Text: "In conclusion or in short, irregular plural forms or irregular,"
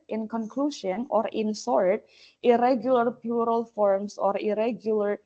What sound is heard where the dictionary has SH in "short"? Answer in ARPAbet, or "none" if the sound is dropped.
S